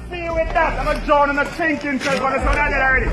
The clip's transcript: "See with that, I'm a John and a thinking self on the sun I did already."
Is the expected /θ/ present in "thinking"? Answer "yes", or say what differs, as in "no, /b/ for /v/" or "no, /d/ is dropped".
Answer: no, /t/ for /θ/